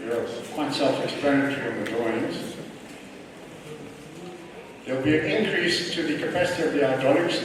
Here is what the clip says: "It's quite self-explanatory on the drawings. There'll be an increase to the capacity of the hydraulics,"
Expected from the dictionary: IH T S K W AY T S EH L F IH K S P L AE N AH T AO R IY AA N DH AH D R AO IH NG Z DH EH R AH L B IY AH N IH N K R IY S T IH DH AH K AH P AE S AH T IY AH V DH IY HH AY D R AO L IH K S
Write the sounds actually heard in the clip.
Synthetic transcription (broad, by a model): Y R K W AY T S EH L F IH K S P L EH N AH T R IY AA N DH AH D AO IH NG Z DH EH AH L B IY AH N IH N K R IY S T IH DH AH K AH P AE S AH T IY AH V DH IY AY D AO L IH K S